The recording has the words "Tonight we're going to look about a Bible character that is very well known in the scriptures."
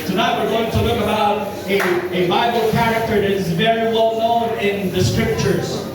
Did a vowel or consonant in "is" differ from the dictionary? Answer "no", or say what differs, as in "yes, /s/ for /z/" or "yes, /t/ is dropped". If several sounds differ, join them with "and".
no